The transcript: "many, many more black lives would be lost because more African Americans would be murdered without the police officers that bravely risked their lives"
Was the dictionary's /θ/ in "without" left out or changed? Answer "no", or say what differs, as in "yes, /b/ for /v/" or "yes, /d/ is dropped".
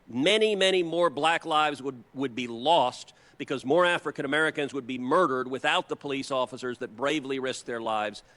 no